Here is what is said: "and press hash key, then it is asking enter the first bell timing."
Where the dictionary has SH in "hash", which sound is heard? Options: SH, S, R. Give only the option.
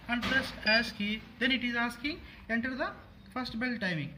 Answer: S